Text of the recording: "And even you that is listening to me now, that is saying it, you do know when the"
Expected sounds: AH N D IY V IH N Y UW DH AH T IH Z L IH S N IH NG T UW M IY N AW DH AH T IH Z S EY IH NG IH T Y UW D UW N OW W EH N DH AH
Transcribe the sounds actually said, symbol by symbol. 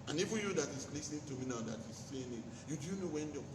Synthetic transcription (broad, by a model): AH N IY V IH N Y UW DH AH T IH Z L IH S IH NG T UW M IY N AW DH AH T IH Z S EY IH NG IH T Y UW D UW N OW W EH N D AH